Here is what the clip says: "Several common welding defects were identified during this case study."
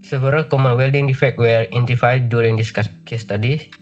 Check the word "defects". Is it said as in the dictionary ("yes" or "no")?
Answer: no